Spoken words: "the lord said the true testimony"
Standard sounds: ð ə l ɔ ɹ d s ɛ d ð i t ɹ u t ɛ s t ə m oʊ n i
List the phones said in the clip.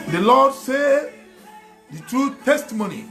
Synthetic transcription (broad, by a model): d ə l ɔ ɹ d s ɛ d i t ɹ u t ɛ s t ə m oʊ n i